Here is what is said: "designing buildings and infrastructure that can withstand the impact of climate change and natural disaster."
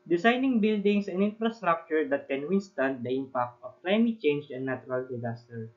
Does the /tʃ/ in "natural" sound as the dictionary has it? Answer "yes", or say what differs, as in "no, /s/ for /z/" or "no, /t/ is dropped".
no, /tʃ/ is dropped